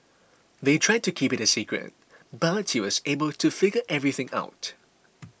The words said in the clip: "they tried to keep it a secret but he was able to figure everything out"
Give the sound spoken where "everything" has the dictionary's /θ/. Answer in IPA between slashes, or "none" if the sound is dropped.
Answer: /θ/